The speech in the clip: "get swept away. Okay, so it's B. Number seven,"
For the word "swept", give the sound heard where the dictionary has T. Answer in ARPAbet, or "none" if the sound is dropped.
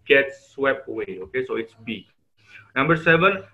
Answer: none